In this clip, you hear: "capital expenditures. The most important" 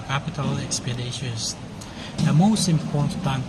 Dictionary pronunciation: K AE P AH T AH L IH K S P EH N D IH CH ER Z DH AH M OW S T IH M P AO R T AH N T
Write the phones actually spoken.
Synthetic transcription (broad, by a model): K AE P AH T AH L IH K S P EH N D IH SH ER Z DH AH M OW S T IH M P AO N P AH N